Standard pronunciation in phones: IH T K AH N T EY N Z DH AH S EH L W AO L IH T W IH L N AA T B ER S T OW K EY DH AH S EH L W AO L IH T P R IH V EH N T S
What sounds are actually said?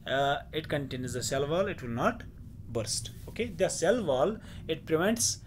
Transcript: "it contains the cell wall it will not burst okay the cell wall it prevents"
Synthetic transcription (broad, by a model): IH T K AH N T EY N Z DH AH S EH L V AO L IH T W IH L N AA T B ER S T OW K EY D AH S EH L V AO L IH T P R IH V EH N T S